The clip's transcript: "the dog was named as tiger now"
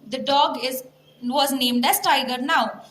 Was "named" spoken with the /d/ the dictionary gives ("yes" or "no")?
yes